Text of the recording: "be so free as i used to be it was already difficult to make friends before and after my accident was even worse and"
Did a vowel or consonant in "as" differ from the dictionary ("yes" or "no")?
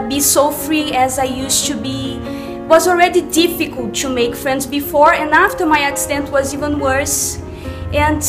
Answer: no